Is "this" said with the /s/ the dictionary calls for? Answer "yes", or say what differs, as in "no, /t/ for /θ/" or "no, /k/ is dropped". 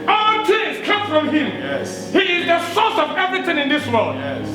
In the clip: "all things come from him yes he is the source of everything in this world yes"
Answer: yes